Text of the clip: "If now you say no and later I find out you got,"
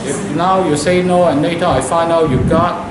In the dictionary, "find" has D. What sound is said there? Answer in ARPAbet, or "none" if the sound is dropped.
none